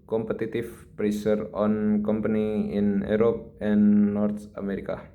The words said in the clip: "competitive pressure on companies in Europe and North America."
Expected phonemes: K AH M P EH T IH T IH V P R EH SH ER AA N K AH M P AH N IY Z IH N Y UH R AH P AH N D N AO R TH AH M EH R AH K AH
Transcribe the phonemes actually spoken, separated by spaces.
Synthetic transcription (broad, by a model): K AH M P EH T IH T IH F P R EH S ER AA N K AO M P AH N IY IH N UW R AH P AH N N AO R T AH M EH R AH K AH